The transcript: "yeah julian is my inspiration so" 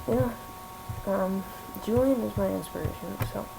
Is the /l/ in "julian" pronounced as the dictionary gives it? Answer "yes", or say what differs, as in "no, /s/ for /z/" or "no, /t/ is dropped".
no, /l/ is dropped